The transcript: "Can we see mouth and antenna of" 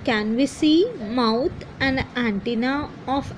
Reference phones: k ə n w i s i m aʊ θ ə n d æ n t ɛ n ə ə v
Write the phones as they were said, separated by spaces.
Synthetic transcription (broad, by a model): k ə n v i s i m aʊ t ə n d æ n t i n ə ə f